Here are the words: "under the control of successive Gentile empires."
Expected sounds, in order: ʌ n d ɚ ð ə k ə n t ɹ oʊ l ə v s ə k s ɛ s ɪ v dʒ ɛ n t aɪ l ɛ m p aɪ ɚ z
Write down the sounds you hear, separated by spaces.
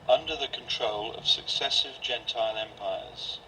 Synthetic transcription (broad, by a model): ʌ n d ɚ ð ə k ə n t ɹ oʊ l ə v s ə k s ɛ s ɪ v dʒ ɛ n t aɪ l ɛ m p aɪ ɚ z